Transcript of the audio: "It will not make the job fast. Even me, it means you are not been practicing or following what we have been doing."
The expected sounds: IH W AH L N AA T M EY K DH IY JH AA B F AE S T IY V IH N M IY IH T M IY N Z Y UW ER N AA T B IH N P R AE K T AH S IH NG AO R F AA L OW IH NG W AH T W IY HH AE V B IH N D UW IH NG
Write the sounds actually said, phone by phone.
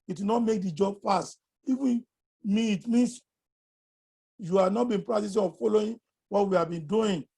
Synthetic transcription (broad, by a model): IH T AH N AA T M EY K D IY JH AA B F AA S T IY V IH N M IY IH T M IY N S Y UW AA N AA T B IH N P R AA T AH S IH AO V F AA L OW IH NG W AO T W IY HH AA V B IH N D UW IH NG